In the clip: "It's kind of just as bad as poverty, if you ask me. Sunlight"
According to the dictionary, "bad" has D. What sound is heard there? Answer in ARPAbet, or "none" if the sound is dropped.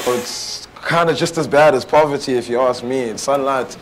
D